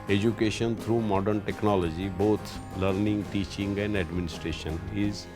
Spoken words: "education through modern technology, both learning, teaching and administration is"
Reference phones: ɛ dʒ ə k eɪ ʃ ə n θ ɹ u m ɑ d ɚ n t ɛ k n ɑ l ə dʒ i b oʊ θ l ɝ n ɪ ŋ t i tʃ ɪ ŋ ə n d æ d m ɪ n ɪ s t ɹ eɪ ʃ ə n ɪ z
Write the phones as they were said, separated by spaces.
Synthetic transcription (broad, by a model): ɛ dʒ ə k eɪ ʃ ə n t ɹ u m ɑ d ɚ n t ɛ k n ɑ l ə dʒ i b oʊ t l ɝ n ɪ ŋ t i tʃ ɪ ŋ ə n d æ d m ɪ n ɪ s t ɹ eɪ ʃ ə n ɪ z